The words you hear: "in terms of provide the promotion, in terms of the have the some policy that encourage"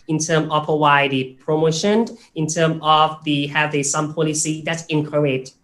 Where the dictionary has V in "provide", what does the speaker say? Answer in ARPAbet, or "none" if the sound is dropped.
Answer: W